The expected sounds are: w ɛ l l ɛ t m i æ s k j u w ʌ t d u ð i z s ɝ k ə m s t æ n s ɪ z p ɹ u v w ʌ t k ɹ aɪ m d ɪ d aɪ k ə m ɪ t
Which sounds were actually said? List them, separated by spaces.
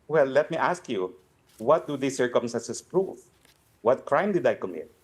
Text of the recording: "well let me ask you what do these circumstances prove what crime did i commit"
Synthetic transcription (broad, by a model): w ɛ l l ɛ t m i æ s k j u w ʌ t d u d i s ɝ k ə m s t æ n s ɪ s p ɹ u f w ʌ t k ɹ aɪ m d ɪ d aɪ k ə m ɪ t